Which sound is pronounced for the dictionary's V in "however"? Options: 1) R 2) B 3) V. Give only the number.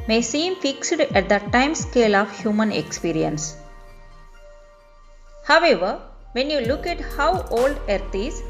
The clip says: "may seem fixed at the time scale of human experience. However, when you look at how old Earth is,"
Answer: 3